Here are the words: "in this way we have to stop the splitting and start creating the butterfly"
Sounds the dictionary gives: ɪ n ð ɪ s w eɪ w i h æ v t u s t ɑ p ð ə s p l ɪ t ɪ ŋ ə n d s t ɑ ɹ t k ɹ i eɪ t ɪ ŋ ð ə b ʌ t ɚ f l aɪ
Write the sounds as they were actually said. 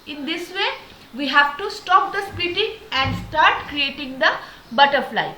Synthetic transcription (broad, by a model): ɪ n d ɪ s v eɪ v i h æ v t u s t ɑ p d ə s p ɪ t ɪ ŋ ə n d s t ɑ ɹ t k ɹ i eɪ t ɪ ŋ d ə b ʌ t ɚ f l aɪ